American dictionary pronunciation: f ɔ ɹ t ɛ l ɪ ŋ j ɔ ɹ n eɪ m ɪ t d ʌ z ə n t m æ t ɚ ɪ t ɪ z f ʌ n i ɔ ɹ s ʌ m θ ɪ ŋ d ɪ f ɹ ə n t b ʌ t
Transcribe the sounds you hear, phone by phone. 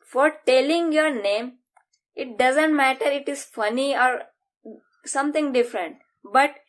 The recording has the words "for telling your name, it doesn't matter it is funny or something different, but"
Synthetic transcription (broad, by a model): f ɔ ɹ t ɛ l ɪ ŋ j ɔ ɹ n eɪ m ɪ t d ʌ z ə n t m æ t ɚ ɪ t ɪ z f ʌ n i ɔ ɹ s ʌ m t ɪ ŋ d ɪ f ɹ ə n t b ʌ t